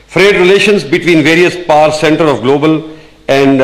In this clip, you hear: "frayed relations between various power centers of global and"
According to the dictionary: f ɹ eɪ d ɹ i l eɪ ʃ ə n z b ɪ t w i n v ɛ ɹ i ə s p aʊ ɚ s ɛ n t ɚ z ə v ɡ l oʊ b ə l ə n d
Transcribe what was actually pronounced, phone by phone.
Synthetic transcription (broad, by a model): f ɹ eɪ d ɹ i l eɪ ʃ ə n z b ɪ t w i n v ɛ ɹ i ə s p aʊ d s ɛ n t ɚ ə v ɡ l oʊ b ə l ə n d